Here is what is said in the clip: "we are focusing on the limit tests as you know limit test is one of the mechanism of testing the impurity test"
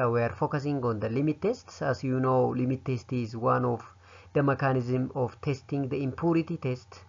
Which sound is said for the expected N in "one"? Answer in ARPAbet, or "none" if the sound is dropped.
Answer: N